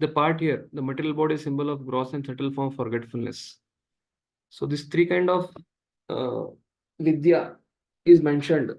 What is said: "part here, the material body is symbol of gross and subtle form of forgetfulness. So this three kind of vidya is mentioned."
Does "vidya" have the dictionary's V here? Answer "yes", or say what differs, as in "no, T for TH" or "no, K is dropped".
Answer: yes